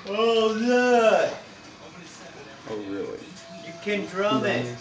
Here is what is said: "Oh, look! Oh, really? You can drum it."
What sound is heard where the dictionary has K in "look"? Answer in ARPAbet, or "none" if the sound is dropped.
none